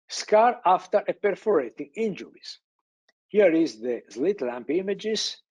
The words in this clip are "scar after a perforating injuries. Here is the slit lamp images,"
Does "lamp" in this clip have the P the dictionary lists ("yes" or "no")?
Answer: yes